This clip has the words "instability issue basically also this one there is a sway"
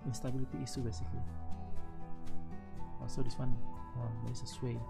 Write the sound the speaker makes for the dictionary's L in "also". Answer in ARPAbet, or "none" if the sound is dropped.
none